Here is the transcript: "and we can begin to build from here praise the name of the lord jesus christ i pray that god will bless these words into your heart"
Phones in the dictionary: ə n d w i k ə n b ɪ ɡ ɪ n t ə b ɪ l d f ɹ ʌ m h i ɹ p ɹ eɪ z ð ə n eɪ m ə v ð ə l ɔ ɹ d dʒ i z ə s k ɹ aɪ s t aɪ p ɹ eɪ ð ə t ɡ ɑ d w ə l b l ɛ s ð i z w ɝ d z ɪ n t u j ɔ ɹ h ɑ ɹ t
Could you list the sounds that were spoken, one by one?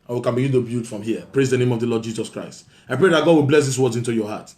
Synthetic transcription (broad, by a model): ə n w i k ə n b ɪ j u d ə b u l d f ɹ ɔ m h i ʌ p ɹ eɪ z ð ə n eɪ m ə v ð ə l ɔ d dʒ i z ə s k ɹ aɪ s t aɪ p ɹ eɪ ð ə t ɡ ɑ d w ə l b l ɛ s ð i s w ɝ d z ɪ n t u j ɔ h ɑ t